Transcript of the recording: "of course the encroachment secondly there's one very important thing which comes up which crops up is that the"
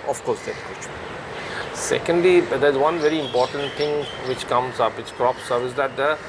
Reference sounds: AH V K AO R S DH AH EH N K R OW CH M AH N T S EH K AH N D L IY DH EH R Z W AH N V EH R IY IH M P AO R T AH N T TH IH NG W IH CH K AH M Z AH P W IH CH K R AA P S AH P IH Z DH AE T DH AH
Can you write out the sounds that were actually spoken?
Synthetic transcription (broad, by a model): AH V K AO R S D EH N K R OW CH AH S EH K AH N D L IY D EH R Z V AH N V EH R IY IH M P AO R T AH N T T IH NG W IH CH K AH M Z AH P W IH CH K R AA P S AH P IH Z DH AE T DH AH